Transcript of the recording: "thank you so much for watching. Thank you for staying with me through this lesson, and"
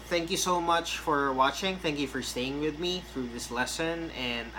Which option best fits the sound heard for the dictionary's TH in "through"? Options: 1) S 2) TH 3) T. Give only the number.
2